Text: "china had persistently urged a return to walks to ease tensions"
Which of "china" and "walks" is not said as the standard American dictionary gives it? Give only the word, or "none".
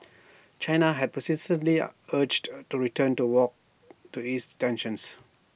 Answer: walks